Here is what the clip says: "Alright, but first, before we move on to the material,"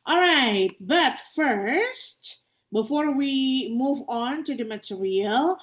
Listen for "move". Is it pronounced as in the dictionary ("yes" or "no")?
yes